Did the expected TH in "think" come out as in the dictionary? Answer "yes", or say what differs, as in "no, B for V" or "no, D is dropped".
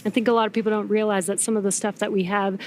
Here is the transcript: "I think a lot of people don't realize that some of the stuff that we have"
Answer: yes